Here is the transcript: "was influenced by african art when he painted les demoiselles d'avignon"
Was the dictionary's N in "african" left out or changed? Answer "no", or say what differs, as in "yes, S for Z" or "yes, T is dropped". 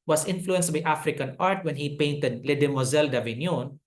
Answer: no